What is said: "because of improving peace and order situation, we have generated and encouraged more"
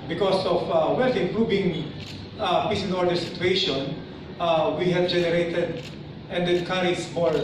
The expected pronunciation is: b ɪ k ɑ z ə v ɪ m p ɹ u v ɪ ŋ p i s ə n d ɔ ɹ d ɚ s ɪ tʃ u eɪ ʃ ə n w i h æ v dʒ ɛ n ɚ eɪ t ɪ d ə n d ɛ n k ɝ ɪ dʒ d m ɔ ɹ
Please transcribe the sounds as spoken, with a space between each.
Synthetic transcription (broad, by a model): b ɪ k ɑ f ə w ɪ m p ɹ u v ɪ ŋ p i s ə n ɔ ɹ d ɚ s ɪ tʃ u eɪ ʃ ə n w i h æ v dʒ ɛ n ɚ eɪ t ɪ d ə n d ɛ n k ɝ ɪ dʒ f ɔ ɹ